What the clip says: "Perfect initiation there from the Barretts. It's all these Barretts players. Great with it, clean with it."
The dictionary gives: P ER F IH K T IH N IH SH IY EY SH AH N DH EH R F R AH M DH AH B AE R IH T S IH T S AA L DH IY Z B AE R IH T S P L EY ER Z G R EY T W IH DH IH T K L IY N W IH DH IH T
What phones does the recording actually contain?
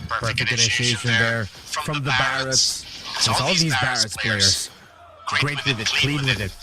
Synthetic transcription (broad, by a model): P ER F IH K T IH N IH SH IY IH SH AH N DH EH R F R AH M DH AH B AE R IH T S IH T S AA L DH IY Z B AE R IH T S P EY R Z G R EY T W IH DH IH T K L IY N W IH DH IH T